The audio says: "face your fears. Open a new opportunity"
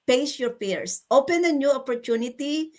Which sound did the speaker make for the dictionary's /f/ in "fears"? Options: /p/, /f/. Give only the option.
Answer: /p/